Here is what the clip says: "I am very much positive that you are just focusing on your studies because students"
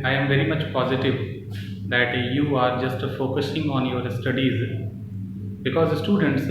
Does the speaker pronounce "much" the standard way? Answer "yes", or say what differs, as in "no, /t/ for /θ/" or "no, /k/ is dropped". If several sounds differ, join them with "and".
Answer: yes